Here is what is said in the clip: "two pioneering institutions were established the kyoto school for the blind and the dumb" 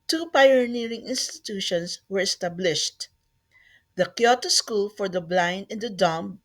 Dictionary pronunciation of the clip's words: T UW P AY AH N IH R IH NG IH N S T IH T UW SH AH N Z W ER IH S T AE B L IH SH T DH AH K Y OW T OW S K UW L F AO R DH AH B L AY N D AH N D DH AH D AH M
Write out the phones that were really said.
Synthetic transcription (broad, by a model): T UW P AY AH N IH R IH NG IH N S T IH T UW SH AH N S W ER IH S T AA B L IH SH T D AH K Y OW T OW S K UW L F AO R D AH B L AY N D AH N D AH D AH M